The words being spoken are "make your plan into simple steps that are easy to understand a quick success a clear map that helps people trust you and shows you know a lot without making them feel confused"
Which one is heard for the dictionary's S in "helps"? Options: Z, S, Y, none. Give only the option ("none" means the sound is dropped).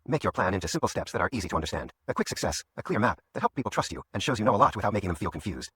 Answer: none